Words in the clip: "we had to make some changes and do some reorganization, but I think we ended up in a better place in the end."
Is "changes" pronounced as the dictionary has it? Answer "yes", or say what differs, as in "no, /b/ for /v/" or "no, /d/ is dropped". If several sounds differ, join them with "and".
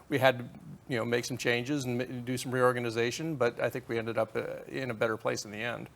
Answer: yes